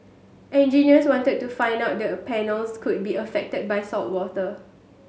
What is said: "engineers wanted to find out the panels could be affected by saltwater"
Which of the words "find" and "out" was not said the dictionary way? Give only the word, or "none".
none